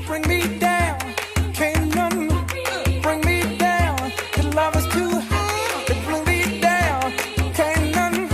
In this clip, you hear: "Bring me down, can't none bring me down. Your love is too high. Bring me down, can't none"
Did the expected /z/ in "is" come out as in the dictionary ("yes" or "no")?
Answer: no